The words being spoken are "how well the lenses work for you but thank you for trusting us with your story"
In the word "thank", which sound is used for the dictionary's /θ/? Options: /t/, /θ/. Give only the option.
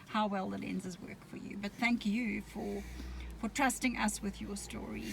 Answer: /θ/